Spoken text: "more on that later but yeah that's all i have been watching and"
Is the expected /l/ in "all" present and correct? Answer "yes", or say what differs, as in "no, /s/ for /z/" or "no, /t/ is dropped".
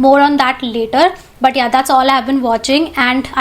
yes